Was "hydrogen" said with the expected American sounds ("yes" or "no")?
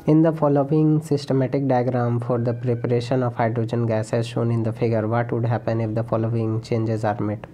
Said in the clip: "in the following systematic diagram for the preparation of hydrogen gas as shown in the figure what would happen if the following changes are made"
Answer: yes